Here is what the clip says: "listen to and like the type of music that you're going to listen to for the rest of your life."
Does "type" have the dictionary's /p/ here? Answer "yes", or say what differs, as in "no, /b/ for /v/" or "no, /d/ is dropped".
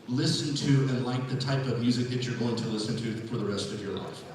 yes